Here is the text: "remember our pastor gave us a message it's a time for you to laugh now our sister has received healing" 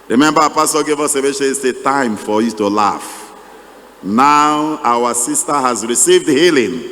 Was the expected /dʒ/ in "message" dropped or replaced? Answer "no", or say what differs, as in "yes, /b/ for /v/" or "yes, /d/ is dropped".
yes, /ʃ/ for /dʒ/